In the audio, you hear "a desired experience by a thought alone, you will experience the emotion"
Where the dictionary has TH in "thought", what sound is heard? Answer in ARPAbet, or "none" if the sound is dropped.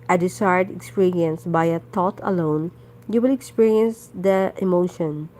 T